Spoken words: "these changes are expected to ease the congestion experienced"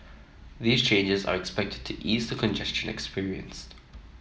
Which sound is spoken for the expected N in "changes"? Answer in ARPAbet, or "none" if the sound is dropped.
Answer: N